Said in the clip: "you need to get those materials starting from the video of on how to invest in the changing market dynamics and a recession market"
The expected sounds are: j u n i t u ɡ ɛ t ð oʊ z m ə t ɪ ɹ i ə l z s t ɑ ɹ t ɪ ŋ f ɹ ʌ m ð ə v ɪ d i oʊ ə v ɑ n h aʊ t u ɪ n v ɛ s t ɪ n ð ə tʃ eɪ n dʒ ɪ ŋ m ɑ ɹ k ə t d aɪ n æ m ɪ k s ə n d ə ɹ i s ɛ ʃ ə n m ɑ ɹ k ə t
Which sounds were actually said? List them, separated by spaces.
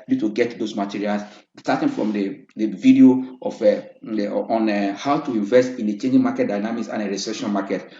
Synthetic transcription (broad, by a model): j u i t u ɡ ɛ t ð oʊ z m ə t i ɹ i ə l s s t ɑ t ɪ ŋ f ɹ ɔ m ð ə v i d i oʊ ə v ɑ n h aʊ t u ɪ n v ɛ s t ɪ n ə tʃ eɪ n dʒ ɪ ŋ m ɑ k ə t d aɪ n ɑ m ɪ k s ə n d ə ɹ i s ɛ ʃ ə n m ɑ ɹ k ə t